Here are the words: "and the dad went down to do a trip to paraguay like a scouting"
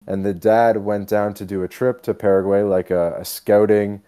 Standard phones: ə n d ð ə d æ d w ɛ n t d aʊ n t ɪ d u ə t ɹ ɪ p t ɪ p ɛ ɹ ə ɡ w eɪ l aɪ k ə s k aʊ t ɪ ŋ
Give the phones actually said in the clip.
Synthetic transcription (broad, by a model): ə n ð ə d æ d w ɛ n d aʊ n t ɪ d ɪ ə t ɹ ɪ p t ɪ p ɛ ɹ ə ɡ w eɪ l aɪ k ə s k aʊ t ɪ ŋ